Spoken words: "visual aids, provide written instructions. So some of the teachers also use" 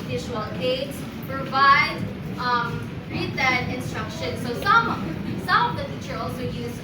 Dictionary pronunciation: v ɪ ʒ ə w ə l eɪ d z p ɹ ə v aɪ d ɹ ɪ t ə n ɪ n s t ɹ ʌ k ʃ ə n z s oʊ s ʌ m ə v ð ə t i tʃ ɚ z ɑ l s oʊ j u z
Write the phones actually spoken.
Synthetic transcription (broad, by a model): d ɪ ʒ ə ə l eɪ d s p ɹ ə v aɪ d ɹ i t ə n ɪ n s t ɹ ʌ k ʃ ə n s oʊ s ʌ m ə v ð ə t i tʃ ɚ ɑ l s oʊ j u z